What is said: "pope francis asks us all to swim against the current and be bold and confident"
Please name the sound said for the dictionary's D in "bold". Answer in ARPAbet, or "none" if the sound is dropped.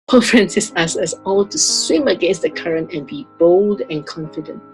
D